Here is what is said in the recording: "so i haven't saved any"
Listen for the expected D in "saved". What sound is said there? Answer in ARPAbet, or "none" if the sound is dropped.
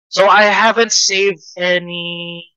D